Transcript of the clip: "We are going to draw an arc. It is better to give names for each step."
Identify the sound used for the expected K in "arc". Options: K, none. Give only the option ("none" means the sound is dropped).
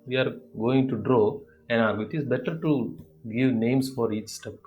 none